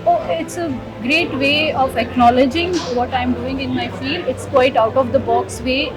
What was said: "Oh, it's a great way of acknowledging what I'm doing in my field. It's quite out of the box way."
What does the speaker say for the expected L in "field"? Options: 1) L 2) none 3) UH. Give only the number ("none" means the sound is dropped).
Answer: 1